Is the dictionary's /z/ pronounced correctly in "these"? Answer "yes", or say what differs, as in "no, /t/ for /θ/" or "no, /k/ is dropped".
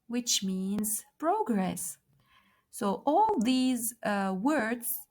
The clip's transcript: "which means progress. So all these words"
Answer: yes